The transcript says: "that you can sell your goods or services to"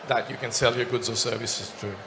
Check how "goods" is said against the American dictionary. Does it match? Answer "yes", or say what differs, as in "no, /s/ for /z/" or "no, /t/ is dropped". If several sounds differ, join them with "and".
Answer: yes